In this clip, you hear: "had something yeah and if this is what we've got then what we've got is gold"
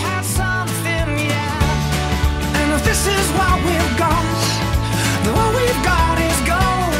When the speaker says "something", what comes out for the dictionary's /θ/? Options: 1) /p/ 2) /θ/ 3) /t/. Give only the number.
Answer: 2